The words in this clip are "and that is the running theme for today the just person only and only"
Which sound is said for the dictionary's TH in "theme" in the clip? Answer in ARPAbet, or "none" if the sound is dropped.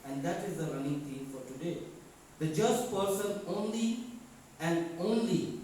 T